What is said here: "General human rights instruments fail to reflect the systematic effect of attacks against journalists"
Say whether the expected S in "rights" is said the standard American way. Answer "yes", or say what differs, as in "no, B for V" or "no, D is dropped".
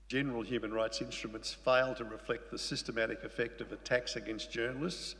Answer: yes